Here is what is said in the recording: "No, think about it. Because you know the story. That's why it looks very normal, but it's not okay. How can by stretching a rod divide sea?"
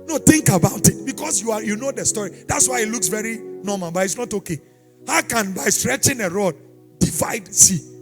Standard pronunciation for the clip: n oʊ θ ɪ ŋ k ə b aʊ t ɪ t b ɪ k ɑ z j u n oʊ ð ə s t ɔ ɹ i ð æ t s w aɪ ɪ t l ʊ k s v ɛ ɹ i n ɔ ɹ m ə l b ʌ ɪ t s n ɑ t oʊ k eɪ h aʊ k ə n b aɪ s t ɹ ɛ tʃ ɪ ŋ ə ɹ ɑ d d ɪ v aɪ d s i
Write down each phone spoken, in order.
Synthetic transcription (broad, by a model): n oʊ t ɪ ŋ k ə b aʊ t ɪ t b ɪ k ɑ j j u n oʊ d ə s t ɔ ɹ i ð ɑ t s w aɪ ɪ t l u k s v ɛ ɹ i n ɔ m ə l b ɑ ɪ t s n ɑ t oʊ k eɪ h aʊ k ə n b aɪ s t ɹ ɛ tʃ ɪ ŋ ə ɹ ɑ d d ɪ v aɪ d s i